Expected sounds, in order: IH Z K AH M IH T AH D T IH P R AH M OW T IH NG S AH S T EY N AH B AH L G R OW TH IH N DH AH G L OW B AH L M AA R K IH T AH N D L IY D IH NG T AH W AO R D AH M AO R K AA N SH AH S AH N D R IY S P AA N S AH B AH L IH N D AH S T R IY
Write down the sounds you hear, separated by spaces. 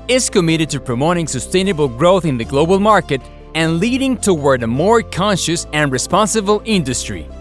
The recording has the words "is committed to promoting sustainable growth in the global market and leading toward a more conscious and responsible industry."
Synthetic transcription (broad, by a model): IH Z K AH M IH T AH D T IH P R AH M OW T IH NG S AH S T EY N AH B AH L G R OW TH IH N DH AH G L OW B AH L M AA R K IH T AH N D L IY D IH NG T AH W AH R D AH M AO R K AA N SH AH S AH N R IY S P AA N S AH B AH L IH N D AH S T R IY